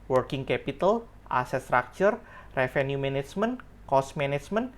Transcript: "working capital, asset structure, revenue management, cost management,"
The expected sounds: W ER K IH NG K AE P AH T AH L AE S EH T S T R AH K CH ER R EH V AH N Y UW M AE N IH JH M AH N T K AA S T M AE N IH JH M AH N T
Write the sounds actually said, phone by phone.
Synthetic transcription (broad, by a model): W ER K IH NG K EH P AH T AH L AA S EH S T R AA K CH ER R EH F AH N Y UW M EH N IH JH M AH N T K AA S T M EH N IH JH M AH N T